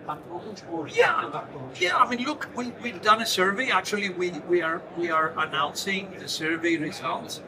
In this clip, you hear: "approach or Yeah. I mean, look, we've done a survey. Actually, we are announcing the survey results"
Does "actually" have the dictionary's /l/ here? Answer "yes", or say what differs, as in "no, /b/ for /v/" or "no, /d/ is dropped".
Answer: no, /w/ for /l/